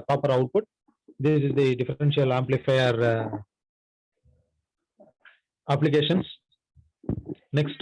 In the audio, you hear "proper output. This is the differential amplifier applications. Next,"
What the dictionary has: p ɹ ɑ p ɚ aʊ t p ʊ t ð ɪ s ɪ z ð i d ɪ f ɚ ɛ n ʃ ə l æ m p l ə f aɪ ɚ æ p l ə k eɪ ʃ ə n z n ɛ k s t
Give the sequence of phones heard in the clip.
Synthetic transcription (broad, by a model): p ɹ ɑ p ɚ aʊ t p ʊ t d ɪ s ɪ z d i d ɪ f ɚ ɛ n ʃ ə l æ m p l ə f aɪ ɚ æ p l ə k eɪ ʃ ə n s n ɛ k s t